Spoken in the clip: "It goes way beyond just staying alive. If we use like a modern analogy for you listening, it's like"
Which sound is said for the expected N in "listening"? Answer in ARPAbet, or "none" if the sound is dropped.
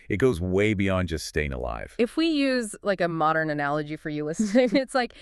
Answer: none